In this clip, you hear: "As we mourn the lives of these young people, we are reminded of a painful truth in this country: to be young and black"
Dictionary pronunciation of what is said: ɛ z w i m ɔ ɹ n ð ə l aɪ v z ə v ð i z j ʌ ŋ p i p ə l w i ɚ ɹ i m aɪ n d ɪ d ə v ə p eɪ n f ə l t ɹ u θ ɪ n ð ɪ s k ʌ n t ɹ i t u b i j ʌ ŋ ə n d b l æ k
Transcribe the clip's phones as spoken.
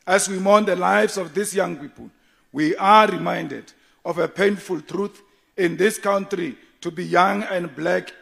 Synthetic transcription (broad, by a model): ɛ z w i m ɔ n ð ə l aɪ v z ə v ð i s j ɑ ŋ p i p ə l w i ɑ ɹ i m aɪ n d ɪ d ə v ə p eɪ n f ə l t ɹ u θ ɪ n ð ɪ s k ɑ n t ɹ i t u b i j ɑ ŋ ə n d b l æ k